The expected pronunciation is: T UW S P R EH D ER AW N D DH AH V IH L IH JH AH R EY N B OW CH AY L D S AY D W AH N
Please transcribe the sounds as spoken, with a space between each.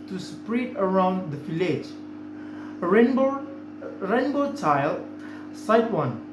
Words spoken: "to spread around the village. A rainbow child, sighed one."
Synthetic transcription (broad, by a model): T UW S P R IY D ER AW N D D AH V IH L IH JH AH R EY N B OW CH AY L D S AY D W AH N